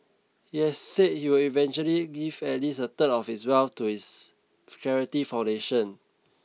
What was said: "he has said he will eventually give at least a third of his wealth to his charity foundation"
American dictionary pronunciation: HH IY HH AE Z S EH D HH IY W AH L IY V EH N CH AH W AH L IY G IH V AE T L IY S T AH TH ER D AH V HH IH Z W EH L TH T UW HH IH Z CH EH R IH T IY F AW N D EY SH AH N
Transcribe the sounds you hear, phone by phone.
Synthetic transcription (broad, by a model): HH IY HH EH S S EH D HH IY W AH L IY V EH N CH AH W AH L IY G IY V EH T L IY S AH T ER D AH F HH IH S W EH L F T UW HH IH S CH EH R IH T IY F AW N D EY SH AH N